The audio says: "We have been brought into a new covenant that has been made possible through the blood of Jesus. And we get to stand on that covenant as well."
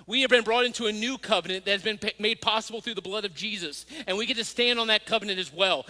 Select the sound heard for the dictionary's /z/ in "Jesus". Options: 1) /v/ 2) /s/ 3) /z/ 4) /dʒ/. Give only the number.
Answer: 3